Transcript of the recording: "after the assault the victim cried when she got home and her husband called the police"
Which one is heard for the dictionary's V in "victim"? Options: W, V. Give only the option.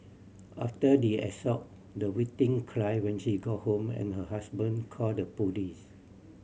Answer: W